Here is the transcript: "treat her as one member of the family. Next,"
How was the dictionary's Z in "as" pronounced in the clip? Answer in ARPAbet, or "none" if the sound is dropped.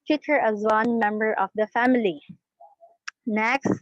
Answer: Z